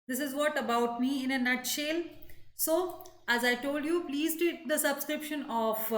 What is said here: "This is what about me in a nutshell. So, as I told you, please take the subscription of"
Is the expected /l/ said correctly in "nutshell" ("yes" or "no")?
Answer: yes